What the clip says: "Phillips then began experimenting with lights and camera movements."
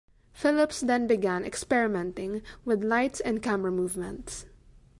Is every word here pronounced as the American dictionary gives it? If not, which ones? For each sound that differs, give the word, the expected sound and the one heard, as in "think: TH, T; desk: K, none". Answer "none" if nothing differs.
none